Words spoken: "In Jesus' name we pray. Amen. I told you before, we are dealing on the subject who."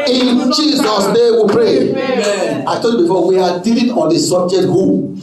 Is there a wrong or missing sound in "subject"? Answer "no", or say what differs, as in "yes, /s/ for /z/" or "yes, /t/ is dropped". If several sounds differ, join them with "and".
yes, /k/ is dropped